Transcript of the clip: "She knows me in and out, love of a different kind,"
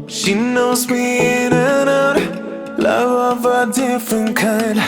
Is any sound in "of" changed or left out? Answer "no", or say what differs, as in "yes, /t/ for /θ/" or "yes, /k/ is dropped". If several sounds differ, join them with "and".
no